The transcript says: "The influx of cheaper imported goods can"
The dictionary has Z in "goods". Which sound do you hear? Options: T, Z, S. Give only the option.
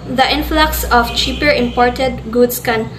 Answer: S